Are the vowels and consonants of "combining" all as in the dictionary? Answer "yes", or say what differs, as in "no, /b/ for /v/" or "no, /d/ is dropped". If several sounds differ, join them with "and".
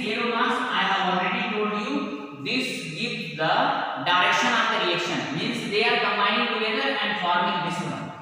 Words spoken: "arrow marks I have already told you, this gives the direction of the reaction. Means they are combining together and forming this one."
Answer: no, /n/ is dropped